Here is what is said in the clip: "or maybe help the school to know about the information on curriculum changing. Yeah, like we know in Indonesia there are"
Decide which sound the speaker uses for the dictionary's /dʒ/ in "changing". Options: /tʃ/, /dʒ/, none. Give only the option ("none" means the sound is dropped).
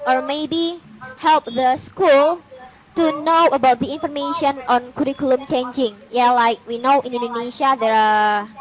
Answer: /dʒ/